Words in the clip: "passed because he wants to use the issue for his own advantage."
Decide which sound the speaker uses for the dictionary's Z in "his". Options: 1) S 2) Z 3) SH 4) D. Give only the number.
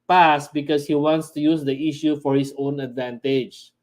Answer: 1